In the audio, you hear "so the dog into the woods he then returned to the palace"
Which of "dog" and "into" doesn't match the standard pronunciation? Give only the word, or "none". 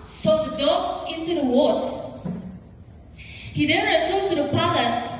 dog